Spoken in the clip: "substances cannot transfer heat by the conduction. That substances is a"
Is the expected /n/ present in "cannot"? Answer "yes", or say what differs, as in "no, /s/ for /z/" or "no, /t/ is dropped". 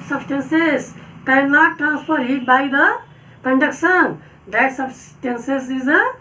no, /l/ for /n/